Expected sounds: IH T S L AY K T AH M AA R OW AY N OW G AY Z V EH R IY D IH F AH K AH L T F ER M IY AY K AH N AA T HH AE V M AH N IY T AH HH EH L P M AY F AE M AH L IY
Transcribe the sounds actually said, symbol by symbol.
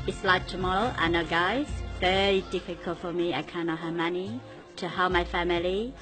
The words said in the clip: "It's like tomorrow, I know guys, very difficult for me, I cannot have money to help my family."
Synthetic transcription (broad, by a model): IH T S L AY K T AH M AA L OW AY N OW G AY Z V EH R IY D IH F AH K AH L T F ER M IY AY K AH N AA T HH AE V M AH N IY T AH HH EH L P M AY F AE M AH L IY